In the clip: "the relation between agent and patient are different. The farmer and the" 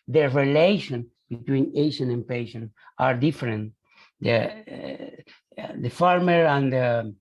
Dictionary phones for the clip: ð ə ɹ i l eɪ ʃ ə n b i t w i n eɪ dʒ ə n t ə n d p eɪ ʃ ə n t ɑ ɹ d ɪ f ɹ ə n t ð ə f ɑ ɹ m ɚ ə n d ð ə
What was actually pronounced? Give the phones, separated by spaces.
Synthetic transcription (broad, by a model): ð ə ɹ i l eɪ ʃ ə n b i t w i n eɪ ʃ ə n ə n p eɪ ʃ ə n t ɑ ɹ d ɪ f ɹ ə n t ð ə f ɑ ɹ m ɚ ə n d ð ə